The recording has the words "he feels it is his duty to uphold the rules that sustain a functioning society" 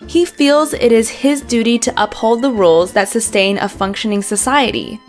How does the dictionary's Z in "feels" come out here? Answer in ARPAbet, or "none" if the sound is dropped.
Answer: Z